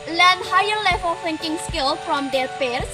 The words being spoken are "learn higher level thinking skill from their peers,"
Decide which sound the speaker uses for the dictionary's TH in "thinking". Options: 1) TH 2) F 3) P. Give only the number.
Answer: 2